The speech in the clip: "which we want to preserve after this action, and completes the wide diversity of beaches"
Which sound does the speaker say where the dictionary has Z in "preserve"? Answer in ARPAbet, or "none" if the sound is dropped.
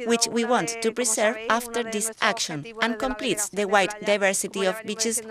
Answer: S